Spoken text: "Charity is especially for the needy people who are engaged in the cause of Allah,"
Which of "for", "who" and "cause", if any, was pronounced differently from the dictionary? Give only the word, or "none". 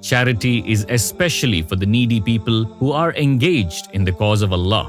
none